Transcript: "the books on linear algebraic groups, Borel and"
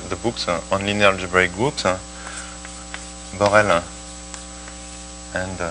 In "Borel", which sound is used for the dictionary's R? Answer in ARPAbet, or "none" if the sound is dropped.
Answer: R